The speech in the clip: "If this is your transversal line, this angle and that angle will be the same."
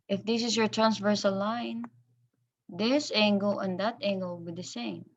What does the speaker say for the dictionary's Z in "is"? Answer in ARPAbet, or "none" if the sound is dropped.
S